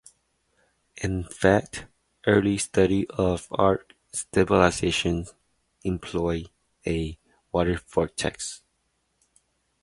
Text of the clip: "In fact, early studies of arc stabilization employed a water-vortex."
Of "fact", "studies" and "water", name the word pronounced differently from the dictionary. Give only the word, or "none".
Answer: studies